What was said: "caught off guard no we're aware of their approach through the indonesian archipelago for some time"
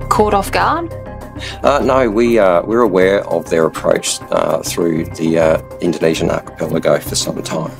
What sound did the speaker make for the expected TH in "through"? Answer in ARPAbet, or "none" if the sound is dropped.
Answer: TH